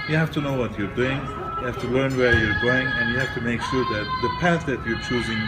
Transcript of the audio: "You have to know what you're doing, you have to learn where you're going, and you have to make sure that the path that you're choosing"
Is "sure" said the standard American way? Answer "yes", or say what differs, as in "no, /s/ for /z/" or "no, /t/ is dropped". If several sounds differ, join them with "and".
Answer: no, /s/ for /ʃ/